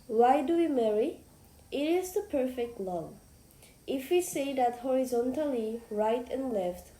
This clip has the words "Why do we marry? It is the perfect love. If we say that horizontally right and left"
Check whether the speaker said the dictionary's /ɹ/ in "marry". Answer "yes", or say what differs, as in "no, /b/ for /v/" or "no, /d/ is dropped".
yes